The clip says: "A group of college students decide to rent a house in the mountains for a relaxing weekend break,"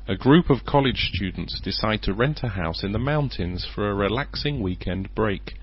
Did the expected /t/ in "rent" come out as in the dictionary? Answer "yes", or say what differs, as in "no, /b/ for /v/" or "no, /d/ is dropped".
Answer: yes